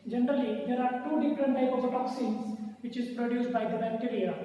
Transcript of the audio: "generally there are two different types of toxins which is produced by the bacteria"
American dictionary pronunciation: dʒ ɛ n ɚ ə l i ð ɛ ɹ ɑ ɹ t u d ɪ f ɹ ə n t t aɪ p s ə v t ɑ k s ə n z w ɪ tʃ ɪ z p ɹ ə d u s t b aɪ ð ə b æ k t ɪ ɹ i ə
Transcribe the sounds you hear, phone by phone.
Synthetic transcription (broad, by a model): dʒ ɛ n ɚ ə l i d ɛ ɹ ɑ ɹ t u d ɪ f ɹ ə n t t aɪ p ə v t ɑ k s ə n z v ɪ tʃ ɪ z p ɹ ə d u s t b aɪ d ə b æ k t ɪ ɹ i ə